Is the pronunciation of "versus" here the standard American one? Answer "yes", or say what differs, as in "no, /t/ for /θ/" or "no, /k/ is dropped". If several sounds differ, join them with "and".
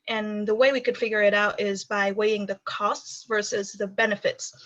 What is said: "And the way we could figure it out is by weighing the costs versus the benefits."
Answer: yes